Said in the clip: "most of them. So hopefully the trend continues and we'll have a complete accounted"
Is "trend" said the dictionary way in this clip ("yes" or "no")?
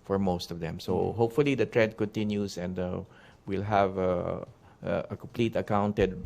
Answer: no